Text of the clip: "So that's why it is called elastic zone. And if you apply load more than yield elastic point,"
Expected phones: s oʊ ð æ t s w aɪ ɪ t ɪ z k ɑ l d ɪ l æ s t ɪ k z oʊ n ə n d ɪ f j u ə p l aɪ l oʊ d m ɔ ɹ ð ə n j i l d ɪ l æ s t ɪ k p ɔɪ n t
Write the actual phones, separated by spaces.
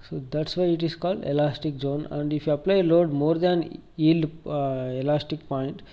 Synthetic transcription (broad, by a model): s oʊ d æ t s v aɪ ɪ t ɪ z k ɑ l d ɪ l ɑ s t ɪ k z oʊ n ə n d ɪ f j u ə p l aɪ l oʊ d m ɔ ɹ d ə n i l ɪ l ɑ s t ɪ k p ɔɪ n t